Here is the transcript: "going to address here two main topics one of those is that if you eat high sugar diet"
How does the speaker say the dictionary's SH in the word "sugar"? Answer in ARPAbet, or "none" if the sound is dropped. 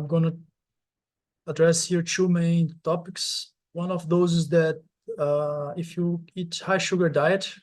SH